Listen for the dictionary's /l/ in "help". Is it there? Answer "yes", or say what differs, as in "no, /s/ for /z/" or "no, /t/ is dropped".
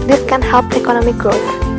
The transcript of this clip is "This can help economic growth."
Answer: yes